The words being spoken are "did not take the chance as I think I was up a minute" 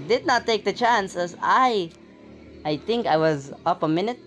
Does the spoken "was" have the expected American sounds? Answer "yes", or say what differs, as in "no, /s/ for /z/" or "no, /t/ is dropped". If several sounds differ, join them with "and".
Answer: yes